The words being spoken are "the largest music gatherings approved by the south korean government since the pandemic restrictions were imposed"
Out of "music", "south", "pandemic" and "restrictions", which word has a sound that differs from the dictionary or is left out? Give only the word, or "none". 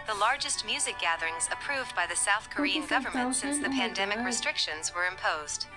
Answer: none